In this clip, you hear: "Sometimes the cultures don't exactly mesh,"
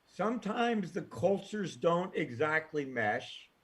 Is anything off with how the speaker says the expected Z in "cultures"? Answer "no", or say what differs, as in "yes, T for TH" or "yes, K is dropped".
no